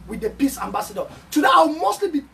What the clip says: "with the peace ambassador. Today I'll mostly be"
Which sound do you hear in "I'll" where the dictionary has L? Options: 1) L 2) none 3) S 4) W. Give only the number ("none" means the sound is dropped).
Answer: 4